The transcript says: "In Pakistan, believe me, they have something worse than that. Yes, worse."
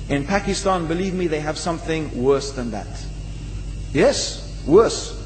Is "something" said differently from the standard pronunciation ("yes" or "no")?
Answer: no